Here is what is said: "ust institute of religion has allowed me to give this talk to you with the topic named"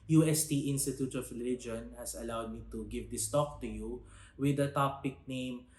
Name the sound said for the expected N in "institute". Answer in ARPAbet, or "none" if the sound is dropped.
N